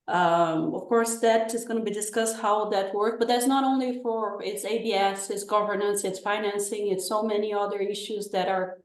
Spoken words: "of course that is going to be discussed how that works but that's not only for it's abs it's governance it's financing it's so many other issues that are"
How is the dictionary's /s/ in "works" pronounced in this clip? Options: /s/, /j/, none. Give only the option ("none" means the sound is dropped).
none